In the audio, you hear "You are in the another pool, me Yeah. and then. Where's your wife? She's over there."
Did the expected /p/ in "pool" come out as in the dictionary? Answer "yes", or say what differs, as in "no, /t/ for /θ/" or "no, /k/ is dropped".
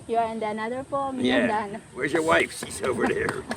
no, /f/ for /p/